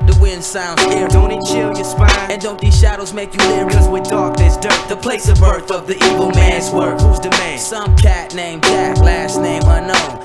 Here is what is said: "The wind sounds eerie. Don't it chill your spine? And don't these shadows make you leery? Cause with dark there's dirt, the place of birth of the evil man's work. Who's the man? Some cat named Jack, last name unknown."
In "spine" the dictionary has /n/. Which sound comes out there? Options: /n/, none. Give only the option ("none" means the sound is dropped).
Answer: none